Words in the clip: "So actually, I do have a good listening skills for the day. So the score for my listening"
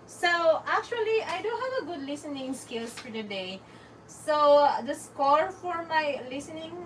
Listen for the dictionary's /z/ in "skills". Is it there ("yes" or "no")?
no